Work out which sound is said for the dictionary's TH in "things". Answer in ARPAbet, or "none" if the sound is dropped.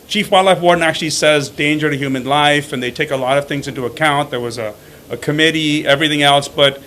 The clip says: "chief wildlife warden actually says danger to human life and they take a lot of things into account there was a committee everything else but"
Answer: TH